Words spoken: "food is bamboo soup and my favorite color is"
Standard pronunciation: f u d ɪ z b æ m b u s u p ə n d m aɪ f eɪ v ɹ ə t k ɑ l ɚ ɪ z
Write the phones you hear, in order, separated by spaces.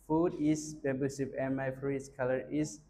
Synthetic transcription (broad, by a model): f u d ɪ s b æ b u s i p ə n m aɪ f ɹ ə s k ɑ l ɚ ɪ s